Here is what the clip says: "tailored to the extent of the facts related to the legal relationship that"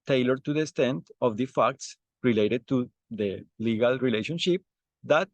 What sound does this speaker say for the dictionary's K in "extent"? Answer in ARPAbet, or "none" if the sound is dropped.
none